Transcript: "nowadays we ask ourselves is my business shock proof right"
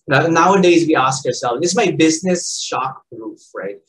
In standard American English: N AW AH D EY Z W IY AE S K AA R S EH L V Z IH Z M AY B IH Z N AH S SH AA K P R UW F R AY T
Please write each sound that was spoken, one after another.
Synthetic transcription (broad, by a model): N AW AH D EY Z W IY AE S K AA R S EH L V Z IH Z M AY B IH Z N AH S SH AA K B R UW F R AY T